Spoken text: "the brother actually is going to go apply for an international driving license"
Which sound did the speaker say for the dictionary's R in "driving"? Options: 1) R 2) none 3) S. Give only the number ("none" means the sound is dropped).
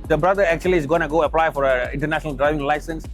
1